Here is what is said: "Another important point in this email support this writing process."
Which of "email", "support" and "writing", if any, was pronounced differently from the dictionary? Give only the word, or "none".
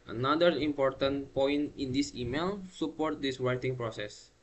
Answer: writing